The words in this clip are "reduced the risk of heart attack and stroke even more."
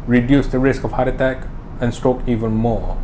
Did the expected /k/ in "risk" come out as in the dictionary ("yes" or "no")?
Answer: yes